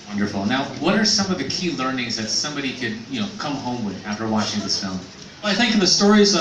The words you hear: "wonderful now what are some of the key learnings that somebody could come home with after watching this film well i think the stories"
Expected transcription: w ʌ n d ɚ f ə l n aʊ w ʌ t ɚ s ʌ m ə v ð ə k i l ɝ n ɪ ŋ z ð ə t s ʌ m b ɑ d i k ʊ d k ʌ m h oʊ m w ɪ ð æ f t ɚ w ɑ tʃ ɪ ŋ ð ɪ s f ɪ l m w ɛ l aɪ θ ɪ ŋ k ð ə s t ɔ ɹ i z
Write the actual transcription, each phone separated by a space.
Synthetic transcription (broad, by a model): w ʌ n d ɚ f l n aʊ w ʌ t ɚ s ʌ m ə v ð ə k i l ɝ n ɪ ŋ z ð ə t s ʌ m b ɑ d i k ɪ d k ʌ m h oʊ m w ɪ ð æ f t ɚ w ɑ tʃ ɪ ŋ ð ɪ s f ɪ l m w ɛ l aɪ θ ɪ ŋ k ð ə s t ɔ ɹ i z